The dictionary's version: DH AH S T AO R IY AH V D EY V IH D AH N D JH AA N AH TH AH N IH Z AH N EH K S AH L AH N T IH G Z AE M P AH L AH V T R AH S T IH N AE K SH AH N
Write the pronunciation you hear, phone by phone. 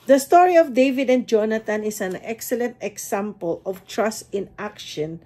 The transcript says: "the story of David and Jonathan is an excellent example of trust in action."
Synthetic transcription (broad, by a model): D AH S T AO R IY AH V D EY V IH D AH N D JH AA N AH T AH N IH S AH N EH K S AH L AH N T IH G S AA M P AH L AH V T R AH S T IH N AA K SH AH N